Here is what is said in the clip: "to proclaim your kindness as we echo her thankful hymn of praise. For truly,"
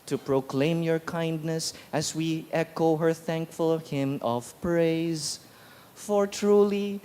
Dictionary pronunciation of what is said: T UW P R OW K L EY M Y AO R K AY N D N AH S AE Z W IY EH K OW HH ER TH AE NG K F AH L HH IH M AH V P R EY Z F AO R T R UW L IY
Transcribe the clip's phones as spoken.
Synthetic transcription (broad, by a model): T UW P R OW K L EY M Y AO R K AY N D N AH S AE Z W IY EH K OW HH ER TH AE NG K F AH L HH IH M AH V P R EY Z F AO R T R UW L IY